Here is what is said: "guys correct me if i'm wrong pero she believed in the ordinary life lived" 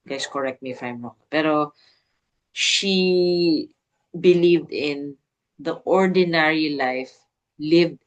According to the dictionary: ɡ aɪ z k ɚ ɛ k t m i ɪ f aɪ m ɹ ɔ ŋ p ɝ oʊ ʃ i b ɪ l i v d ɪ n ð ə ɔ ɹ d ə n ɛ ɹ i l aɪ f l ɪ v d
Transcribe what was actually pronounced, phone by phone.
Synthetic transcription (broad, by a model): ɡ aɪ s k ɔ ɛ k t m i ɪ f aɪ m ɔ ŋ p ɝ oʊ ʃ i b ɪ l i v d ɪ n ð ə ɔ ɹ d ə n ɛ ɹ i l aɪ f l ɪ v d